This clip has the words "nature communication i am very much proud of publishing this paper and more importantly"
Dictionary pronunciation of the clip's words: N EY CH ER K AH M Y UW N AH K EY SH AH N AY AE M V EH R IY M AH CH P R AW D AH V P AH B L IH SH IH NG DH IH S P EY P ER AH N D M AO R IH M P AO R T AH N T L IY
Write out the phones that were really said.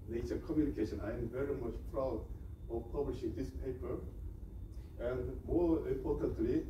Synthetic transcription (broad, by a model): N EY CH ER K AH M Y UW N AH K EY SH AH N AY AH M V EH R IY M AH CH P R AW D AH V P AH B L IH SH IH NG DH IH S P EY P ER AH N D M AO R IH M P AO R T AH N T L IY